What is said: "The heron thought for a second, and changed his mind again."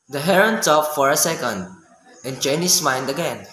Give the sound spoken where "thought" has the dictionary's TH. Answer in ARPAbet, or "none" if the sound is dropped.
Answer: T